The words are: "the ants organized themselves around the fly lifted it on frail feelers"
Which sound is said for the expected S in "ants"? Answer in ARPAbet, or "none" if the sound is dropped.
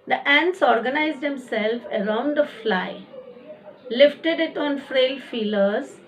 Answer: S